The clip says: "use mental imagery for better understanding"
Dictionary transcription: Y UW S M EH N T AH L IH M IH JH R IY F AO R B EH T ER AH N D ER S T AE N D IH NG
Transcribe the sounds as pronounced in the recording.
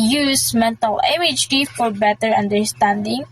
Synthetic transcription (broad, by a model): Y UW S M EH N T AH L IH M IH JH IY F AO R B EH T ER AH N D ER S T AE N D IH NG